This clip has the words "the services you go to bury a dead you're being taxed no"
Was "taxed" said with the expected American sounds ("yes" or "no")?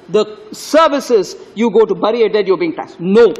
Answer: no